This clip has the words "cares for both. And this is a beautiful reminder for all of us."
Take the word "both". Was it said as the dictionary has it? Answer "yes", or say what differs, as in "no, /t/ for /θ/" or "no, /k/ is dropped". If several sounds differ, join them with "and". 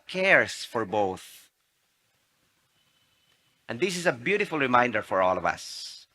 yes